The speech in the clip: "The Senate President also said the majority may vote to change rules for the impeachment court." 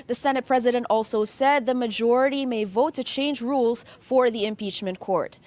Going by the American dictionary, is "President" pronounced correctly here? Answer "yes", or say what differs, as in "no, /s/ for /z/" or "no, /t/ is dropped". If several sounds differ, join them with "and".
yes